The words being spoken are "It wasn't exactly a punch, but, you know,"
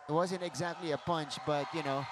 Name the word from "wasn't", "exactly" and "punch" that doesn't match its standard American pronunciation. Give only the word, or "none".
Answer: none